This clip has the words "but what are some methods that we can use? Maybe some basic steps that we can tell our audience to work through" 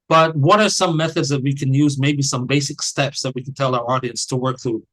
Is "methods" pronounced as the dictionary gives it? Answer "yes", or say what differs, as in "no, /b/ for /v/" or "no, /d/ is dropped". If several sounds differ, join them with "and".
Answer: yes